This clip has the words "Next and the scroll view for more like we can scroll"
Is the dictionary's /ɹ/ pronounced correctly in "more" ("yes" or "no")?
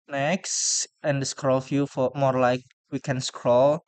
yes